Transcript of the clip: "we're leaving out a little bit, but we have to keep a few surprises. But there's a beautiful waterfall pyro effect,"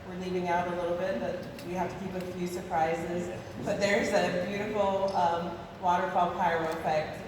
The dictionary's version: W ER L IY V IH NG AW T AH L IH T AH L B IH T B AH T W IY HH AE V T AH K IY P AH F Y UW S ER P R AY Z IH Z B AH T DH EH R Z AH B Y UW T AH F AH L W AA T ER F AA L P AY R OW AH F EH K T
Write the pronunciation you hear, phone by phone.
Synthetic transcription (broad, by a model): W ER L IY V IH NG AW T AH L IH T L B IH T B AH T W IY HH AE F T AH K IY P AH F Y UW S ER P R AY Z IH Z B AH T DH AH R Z AH B Y UW T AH F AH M W AA T ER F AA L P AY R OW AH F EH K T